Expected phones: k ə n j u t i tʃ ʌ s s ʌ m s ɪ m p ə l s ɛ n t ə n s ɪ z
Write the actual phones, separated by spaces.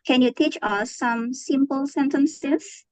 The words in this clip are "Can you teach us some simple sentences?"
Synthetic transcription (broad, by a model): k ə n j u t i tʃ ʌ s s ʌ m s ɪ m p ə l s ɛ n t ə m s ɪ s